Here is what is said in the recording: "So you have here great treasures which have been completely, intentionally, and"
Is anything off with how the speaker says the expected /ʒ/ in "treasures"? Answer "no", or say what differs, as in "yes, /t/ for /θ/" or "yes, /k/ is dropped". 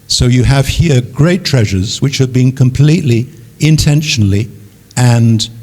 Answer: no